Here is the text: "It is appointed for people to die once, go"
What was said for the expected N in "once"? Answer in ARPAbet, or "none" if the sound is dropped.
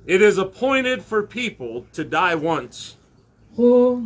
N